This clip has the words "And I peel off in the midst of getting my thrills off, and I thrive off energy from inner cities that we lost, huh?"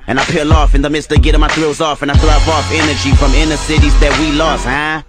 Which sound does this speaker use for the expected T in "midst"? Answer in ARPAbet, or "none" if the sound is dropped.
T